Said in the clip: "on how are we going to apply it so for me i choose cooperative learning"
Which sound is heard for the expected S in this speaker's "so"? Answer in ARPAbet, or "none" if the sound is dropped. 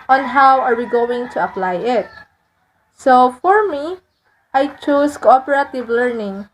S